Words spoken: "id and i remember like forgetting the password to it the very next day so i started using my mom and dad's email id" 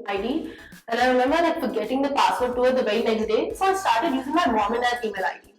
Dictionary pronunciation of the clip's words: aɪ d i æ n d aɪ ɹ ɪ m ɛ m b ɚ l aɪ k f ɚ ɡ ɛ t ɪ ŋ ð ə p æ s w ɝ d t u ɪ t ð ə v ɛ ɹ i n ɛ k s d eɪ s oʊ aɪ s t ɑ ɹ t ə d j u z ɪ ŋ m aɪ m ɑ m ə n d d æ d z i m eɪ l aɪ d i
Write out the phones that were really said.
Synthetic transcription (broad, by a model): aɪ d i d aɪ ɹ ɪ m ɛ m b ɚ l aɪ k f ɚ ɡ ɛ t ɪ ŋ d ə p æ s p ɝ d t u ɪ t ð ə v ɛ i n ɛ k s d eɪ s oʊ aɪ s t ɑ ɹ t ə d j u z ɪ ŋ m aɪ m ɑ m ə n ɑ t i m eɪ l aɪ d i